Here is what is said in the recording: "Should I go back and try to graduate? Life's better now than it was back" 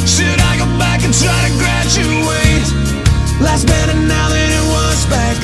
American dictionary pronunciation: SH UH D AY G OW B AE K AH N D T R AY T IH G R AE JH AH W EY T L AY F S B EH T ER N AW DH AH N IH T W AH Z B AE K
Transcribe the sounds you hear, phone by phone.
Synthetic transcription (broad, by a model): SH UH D AY G OW B AE K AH N T R AY T IH G R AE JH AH W EY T L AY S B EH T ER N AW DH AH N IH T W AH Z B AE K